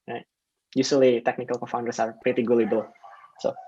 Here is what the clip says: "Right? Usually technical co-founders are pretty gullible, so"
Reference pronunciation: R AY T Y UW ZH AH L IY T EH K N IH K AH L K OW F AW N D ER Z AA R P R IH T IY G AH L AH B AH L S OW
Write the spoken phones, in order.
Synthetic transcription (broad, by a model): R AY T Y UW S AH L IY T EH K N IH K AH L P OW F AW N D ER S AA R P R IH T IY G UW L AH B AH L S OW